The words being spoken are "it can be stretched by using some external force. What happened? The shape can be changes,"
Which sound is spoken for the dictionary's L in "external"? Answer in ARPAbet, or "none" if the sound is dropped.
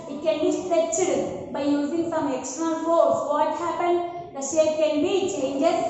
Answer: N